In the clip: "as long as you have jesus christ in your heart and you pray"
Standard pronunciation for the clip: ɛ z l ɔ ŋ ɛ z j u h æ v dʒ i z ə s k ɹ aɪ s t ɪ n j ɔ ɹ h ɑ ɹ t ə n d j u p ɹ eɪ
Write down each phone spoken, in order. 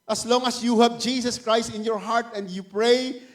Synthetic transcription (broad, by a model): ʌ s l ɔ ŋ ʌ s j u h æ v dʒ i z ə s k ɹ aɪ s t ɪ n j ɔ ɹ h ɑ ɹ t ə n d j u p ɹ eɪ